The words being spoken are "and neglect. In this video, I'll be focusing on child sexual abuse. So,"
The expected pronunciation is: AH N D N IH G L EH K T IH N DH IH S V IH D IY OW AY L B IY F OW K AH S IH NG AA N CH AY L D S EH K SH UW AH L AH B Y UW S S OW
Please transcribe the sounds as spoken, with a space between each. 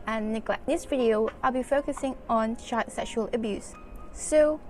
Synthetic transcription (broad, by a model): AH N N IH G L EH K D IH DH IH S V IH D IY OW AY L B IY F OW K AH S IH NG AA N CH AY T S EH K SH UW AH L AH B Y UW S S OW